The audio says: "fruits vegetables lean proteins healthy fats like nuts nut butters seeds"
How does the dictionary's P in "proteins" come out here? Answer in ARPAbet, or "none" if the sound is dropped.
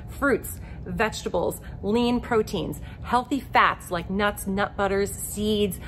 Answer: P